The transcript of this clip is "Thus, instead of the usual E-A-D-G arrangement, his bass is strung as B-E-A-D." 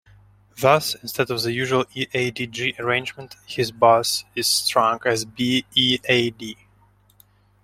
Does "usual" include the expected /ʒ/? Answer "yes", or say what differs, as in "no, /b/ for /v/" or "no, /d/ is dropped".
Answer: yes